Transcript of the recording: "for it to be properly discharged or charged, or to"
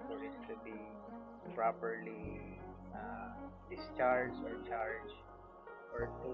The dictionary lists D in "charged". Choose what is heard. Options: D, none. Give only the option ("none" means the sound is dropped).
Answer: none